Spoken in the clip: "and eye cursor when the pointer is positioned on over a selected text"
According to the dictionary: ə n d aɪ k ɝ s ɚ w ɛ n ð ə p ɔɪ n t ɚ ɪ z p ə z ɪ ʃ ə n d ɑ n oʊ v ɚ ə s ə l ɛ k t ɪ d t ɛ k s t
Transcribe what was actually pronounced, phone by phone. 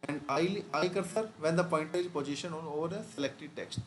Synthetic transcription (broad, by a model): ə n d aɪ k ɝ s ɚ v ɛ n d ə p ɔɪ n t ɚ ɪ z p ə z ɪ ʃ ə n ɑ n oʊ v ɚ ə s ə l ɛ k t ɪ d t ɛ k s t